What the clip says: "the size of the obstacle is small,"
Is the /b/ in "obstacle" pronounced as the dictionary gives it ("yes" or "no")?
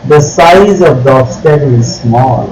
no